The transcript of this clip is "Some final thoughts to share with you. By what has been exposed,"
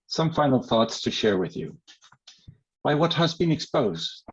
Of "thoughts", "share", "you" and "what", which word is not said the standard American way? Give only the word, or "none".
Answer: none